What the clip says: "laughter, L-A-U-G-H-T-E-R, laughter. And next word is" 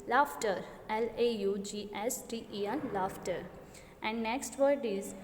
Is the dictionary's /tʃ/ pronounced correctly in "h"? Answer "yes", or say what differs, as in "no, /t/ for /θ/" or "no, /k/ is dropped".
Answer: no, /s/ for /tʃ/